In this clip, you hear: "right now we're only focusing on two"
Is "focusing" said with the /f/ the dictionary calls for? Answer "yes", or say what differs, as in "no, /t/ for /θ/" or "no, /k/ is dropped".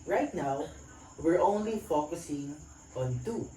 yes